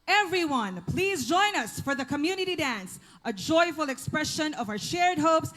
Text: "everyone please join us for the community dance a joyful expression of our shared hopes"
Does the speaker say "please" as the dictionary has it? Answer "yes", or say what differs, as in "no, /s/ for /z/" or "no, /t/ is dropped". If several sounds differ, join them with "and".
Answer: yes